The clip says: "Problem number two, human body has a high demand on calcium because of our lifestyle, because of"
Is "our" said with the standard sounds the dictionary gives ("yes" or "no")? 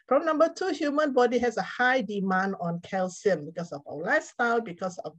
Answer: no